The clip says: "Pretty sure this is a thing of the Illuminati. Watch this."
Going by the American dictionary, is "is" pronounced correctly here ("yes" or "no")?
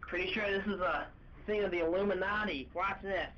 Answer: yes